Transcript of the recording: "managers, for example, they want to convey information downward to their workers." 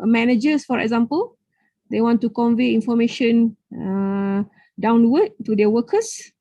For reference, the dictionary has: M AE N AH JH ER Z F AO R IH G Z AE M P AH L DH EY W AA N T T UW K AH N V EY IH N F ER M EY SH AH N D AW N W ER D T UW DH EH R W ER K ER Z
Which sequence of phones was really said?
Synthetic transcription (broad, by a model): M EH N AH JH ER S F AO R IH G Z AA M P AH L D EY W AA N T T UW K AH N V EY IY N F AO M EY SH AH N D AW N W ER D T UW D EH W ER K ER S